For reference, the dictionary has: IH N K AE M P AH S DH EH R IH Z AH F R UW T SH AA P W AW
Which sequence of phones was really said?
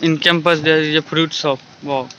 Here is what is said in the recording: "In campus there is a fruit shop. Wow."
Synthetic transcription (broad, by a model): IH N K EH M P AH S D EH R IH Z AH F R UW T S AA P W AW